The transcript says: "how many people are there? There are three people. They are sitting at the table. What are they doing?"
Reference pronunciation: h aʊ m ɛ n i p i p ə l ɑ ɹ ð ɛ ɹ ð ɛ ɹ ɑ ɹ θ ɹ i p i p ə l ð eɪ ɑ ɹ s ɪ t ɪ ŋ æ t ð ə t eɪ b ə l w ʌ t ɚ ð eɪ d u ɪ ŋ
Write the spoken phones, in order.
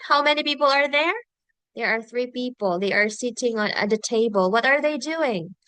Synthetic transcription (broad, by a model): h aʊ m ɛ n i p i p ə l ɑ ɹ ð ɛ ɹ ð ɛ ɹ ɑ ɹ θ ɹ i p i p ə l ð eɪ ɑ ɹ s ɪ t ɪ ŋ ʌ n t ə t eɪ b ə l w ʌ t ɚ ð eɪ d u ɪ ŋ